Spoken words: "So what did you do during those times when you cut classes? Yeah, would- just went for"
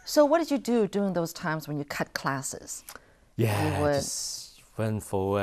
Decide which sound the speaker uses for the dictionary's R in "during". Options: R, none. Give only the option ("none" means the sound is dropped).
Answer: none